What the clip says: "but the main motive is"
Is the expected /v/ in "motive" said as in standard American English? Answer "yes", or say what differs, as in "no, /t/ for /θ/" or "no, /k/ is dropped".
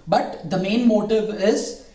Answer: yes